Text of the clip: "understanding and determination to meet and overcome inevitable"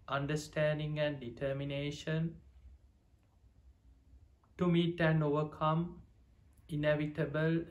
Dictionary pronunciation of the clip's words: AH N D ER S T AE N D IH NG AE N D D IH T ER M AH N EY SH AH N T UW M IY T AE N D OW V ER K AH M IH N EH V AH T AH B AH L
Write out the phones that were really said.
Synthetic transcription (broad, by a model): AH N D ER S T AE N D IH NG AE N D D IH T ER M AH N EY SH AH N T UW M IY T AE N OW V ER K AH M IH N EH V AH T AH B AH L